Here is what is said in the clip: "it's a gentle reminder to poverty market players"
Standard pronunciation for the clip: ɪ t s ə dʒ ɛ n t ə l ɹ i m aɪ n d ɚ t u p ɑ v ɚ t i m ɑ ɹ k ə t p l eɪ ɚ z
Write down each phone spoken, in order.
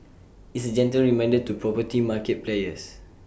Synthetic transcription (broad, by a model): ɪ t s ə dʒ ɛ n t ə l ɹ i m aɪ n d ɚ t u p ɑ p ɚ t i m ɑ k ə t p l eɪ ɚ s